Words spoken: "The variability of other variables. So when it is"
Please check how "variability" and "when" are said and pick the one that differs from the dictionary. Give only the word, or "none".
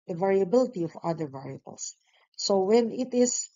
none